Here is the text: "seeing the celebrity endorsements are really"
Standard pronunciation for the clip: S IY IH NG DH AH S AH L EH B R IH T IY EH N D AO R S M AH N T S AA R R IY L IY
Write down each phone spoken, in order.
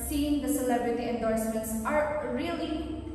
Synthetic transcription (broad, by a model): S IY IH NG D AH S AH L EH B R IH T IY EH N D AO R S M AH N T S AA R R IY L IY